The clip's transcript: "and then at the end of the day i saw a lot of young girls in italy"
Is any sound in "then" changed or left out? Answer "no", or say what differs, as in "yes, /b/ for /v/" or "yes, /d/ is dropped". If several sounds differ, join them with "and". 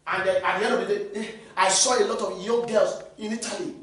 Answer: yes, /n/ is dropped